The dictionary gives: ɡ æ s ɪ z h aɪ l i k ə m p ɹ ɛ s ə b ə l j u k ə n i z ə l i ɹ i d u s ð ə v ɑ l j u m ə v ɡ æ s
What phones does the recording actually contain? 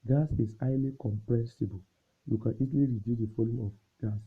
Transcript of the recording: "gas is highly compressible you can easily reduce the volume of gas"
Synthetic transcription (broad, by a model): ɡ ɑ s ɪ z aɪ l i k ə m p ɹ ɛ s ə b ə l j u k ə n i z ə l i ɹ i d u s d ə f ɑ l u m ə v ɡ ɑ s